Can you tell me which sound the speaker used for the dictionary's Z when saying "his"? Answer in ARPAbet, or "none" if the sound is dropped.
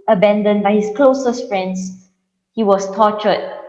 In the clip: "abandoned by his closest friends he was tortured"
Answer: S